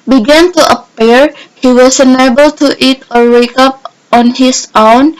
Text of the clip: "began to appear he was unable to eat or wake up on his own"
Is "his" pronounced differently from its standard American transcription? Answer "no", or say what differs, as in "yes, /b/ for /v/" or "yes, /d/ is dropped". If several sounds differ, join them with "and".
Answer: yes, /s/ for /z/